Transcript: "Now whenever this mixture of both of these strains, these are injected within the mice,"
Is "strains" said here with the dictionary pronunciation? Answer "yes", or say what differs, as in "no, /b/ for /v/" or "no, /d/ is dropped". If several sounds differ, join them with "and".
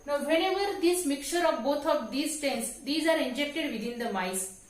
no, /ɹ/ is dropped